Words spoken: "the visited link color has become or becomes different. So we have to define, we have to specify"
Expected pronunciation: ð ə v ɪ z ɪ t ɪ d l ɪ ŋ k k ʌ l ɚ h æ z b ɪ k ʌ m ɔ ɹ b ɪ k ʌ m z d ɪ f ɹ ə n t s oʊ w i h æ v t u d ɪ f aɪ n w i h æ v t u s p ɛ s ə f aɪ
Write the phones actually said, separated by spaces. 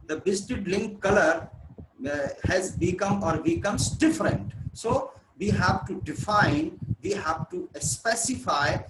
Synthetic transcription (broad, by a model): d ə b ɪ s t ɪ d l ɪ ŋ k k ʌ l ɚ h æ z b ɪ k ʌ m ɔ ɹ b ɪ k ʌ m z d ɪ f ɹ ə n t s oʊ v i h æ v t u d ɪ f aɪ n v i h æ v t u s p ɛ s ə f aɪ